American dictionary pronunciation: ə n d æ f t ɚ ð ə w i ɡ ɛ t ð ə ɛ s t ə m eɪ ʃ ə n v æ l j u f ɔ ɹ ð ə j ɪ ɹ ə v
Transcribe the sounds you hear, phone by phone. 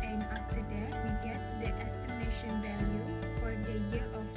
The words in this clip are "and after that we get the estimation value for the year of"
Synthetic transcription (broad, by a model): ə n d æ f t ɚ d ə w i ɡ ɛ t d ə ɛ s t ə m eɪ ʃ ə n v æ l j u f ɔ ɹ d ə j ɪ ɹ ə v